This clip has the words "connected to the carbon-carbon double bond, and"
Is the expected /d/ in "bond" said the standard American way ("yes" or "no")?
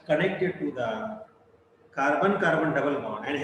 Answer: no